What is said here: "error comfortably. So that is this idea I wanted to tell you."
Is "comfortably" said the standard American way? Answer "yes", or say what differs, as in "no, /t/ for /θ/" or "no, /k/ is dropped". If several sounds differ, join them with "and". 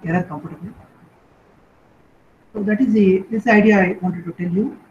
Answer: no, /p/ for /f/